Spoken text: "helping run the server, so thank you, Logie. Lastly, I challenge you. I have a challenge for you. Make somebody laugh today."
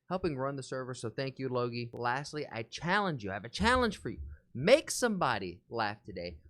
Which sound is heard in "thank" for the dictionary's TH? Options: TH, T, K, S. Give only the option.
TH